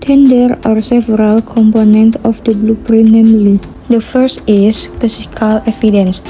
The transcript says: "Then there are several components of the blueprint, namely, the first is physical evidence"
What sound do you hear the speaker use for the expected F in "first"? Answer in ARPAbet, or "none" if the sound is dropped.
F